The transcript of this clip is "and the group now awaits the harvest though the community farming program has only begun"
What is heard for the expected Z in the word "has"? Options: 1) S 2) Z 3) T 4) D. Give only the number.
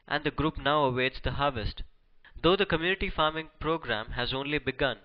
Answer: 2